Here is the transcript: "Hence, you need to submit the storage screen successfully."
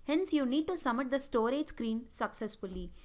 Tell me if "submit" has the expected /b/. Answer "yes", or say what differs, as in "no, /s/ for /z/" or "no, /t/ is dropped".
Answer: no, /b/ is dropped